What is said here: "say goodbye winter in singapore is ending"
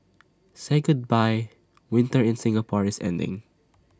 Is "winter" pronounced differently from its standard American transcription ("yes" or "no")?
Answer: no